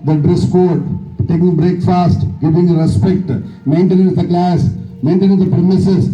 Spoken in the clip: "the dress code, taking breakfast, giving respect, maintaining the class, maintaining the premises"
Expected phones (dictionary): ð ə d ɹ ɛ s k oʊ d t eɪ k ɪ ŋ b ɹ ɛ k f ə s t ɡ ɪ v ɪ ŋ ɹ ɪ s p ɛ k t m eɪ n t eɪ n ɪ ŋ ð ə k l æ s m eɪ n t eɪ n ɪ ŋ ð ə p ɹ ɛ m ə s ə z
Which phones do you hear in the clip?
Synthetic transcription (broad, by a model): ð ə d ɹ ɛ s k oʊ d t eɪ k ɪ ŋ b ɹ ɛ k f ə s t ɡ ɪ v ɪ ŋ ɹ ɪ s p ɛ k t m eɪ n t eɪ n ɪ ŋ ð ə k l æ s m eɪ n t eɪ n ɪ ŋ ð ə p ɹ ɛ m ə s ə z